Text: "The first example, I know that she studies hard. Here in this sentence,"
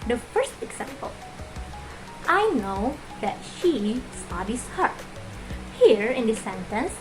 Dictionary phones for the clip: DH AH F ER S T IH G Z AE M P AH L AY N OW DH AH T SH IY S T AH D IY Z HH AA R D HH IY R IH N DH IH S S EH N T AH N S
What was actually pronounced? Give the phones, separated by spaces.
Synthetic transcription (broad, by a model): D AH F ER S T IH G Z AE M P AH L AY N OW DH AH T SH IY S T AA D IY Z HH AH R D HH IY R IH N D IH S S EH N T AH N S